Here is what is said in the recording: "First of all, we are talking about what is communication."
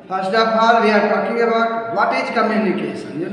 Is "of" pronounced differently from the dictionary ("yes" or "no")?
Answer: yes